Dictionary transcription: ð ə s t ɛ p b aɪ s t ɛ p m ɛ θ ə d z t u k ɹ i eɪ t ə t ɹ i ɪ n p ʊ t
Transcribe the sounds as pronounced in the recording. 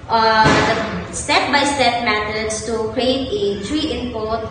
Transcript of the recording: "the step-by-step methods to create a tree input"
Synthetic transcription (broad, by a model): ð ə s t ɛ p b aɪ s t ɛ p m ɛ t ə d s t u k ɹ i eɪ t ə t ɹ i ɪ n p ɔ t